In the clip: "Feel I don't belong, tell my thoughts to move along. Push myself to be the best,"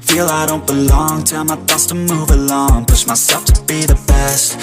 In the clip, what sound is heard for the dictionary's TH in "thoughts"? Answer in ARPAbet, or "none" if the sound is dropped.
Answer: T